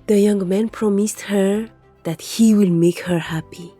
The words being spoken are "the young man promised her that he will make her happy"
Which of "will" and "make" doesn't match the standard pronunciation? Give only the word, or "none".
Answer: none